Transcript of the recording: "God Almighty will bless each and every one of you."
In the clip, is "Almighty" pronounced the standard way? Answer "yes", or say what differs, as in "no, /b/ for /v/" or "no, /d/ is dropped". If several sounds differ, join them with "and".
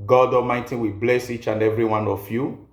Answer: no, /l/ is dropped